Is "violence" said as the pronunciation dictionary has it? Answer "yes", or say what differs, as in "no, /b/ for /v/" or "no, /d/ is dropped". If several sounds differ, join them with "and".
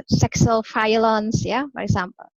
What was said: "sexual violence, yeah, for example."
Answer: no, /f/ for /v/